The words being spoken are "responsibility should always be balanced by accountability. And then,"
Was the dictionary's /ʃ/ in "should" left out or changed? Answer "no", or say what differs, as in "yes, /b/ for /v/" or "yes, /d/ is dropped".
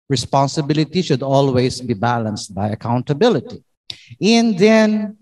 no